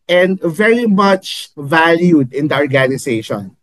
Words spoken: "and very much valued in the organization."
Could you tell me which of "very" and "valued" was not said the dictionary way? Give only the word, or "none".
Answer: none